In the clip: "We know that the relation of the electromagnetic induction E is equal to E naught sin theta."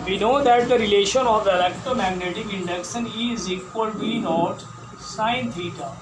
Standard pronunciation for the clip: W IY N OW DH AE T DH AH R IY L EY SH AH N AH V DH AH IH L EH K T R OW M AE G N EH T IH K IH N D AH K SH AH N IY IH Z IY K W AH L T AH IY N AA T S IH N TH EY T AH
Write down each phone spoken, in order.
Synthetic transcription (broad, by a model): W IY N OW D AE T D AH R IY L EY SH AH N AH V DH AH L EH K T OW M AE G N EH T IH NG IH N D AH K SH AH N IY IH Z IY K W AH L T IY N AA T S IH N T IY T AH